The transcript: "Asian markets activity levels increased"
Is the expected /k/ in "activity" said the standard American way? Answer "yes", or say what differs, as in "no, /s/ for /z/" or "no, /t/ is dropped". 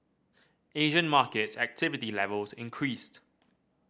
yes